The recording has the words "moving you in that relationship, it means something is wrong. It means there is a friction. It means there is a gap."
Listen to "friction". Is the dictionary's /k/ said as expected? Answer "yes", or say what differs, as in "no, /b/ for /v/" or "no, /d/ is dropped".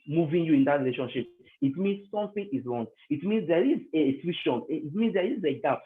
no, /k/ is dropped